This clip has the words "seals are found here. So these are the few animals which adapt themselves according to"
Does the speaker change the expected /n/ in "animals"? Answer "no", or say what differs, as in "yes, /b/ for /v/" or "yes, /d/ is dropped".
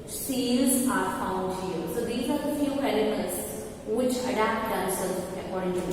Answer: yes, /l/ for /n/